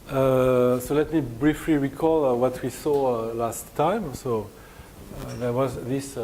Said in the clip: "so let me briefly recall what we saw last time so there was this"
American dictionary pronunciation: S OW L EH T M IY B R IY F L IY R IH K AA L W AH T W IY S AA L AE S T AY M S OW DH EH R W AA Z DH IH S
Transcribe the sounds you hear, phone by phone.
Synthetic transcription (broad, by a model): S OW L EH T M IY B R IY F L IY R IH K AA L W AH T W IY S AA L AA S T AY M S OW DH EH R W AA Z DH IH S